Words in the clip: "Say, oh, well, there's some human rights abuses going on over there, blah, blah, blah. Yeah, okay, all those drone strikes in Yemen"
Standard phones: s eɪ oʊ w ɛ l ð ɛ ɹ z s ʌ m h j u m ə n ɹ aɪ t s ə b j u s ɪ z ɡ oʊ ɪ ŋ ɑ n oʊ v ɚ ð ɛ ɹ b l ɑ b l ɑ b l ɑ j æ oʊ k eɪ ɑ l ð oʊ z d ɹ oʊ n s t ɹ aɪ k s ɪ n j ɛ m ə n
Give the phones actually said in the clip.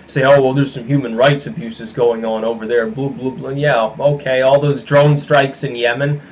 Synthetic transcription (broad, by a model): s eɪ oʊ w ɛ l ð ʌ ɹ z s ʌ m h j u m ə n ɹ aɪ t s ə b j u s ɪ z ɡ oʊ ɪ ŋ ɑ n oʊ v ɚ ð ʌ ɹ b l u b l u b l j æ oʊ k eɪ ɑ l ð oʊ z d ɹ oʊ n s t ɹ aɪ k s ɪ n j ɛ m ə n